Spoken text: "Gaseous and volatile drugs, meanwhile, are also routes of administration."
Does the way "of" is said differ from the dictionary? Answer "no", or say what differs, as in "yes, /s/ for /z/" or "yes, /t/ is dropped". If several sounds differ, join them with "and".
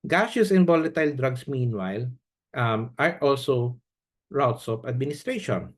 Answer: yes, /p/ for /v/